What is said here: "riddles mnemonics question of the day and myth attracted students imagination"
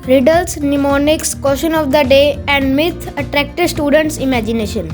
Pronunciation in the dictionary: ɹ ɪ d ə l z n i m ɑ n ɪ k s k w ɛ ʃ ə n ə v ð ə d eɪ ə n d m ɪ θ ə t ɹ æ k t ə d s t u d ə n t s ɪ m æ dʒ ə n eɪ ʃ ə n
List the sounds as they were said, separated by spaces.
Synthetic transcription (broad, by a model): ɹ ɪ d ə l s n i m ɑ n ɪ k s k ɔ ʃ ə n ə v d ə d eɪ ə n d m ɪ t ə t ɹ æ k t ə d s t u d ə n t s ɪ m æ dʒ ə n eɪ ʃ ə n